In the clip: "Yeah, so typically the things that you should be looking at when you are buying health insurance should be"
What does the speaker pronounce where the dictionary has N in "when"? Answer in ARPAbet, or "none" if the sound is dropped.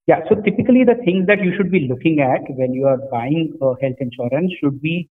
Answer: L